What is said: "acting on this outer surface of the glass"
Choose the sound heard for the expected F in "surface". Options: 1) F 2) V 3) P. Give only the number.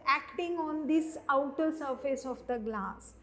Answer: 1